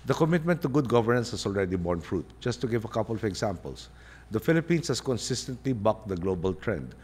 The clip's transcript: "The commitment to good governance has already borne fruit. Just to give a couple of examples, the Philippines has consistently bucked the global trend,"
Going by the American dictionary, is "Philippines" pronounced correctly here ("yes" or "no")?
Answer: no